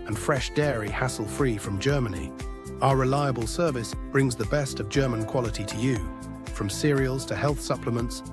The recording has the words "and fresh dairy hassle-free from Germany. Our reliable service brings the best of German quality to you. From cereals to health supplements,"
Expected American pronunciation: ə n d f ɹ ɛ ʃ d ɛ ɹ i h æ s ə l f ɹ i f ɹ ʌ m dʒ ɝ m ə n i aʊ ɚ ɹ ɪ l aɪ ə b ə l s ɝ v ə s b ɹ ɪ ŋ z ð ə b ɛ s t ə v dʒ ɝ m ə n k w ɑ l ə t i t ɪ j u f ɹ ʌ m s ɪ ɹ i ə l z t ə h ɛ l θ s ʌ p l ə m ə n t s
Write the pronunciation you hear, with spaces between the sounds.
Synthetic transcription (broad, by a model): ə n f ɹ ɛ ʃ d ɛ ɹ i h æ s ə l f ɹ i f ɹ ʌ m dʒ ɝ m ə n i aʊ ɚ ɹ ɪ l aɪ ə b ə l s ɝ v ə s b ɹ ɪ ŋ z ð ə b ɛ s t ə v dʒ ɝ m ə n k w ɑ l ə t i t ɪ j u f ɹ ʌ m s ɪ ɹ i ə l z t ə h ɛ l θ s ʌ p l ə m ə n t s